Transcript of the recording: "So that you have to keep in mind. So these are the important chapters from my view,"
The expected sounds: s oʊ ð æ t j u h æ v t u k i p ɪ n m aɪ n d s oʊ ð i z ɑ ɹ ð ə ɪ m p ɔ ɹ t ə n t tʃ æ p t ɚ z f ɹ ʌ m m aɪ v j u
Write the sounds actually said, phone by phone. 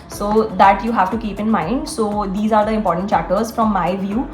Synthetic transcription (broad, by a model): s oʊ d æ t j u h æ v t u k i p ɪ n m aɪ n d s oʊ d i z ɑ ɹ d ə ɪ m p ɔ ɹ t ə n t tʃ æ t ɚ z f ɹ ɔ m m aɪ v j u